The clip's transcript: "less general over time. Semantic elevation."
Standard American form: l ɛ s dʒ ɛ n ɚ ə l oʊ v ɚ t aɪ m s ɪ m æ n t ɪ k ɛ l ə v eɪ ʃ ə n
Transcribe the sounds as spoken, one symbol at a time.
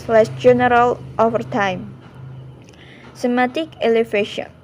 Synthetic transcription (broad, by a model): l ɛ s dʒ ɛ n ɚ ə l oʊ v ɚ t aɪ m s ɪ m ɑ t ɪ k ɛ l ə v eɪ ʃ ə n